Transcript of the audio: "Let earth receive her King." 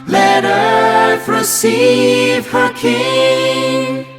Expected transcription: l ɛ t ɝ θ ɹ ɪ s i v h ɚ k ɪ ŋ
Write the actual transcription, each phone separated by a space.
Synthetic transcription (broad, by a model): l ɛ t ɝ f ɹ ɪ s i v h ɚ k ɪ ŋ